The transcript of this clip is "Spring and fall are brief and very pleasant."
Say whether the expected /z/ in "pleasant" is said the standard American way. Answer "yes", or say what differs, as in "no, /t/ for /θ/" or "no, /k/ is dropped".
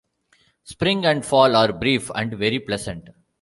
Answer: no, /s/ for /z/